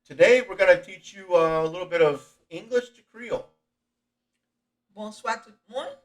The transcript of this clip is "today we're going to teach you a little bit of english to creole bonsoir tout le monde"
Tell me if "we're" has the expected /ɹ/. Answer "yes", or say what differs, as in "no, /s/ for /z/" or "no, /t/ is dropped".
yes